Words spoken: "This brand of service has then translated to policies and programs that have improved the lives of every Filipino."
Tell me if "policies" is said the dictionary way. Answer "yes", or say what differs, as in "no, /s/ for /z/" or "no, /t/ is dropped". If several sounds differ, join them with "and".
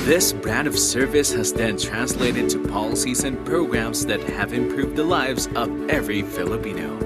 yes